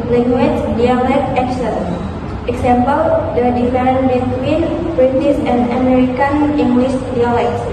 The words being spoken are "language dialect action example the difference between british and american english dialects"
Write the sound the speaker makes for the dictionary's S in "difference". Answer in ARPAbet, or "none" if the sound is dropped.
none